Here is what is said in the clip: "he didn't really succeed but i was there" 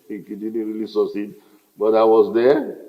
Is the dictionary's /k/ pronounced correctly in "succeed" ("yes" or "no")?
no